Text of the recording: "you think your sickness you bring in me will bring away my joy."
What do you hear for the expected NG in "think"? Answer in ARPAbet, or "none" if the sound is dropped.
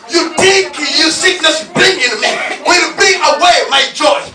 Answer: none